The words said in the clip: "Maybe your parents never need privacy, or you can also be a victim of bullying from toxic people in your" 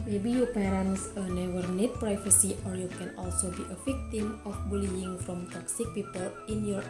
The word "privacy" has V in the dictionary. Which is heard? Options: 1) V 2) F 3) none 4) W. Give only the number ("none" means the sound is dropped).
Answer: 2